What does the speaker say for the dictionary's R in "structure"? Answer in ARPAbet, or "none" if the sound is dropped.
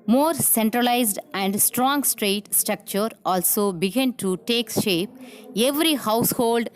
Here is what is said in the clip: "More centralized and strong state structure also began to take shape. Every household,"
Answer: R